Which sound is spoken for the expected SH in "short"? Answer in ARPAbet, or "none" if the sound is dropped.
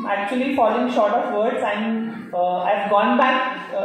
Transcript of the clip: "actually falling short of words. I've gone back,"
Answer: SH